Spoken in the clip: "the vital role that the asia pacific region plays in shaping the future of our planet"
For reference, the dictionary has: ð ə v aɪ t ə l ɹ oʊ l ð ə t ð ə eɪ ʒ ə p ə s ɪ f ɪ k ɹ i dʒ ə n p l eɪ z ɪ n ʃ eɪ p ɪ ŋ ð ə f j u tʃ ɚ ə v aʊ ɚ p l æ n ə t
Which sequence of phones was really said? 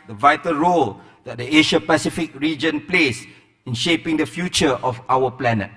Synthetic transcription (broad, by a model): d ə v aɪ t ə l ɹ oʊ l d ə t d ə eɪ ʃ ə p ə s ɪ f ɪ k ɹ i dʒ ə n p l eɪ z ɪ n ʃ eɪ p ɪ ŋ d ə f j u tʃ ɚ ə f aʊ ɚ p l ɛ n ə t